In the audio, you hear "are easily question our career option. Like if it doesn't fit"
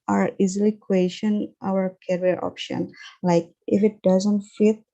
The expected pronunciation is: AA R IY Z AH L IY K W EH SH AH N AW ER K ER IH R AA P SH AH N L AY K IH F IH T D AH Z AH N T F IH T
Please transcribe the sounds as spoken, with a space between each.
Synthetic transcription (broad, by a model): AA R IY Z AH L IY K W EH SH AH N AW ER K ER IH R AA P SH AH N L AY K IH F IH T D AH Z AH N T F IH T